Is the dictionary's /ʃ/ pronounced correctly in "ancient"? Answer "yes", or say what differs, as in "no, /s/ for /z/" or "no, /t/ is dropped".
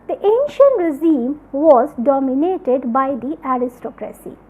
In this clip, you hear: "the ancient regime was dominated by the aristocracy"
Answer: yes